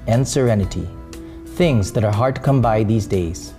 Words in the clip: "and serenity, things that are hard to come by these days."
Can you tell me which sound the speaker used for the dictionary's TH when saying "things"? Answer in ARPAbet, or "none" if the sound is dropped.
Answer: TH